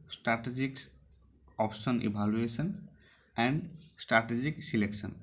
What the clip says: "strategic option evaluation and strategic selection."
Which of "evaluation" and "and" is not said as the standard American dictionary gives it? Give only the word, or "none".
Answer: evaluation